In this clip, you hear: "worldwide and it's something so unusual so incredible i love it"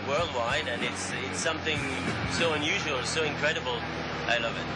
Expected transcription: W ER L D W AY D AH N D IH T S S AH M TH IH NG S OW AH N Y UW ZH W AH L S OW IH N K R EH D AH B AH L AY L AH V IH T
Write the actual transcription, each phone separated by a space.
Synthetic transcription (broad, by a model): W ER L D W AY D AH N IH T S S AH M TH IH NG S OW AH N Y UW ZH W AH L S OW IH N K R EH D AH B L AY L AH V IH T